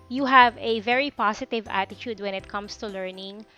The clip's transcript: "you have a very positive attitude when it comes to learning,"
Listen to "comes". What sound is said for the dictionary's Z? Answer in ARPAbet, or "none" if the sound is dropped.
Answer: S